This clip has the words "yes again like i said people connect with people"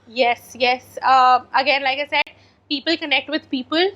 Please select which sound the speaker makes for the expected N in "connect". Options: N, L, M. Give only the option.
N